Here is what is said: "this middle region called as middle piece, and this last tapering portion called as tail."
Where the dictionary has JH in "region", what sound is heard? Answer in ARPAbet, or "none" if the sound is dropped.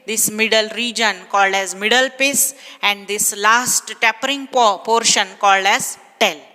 JH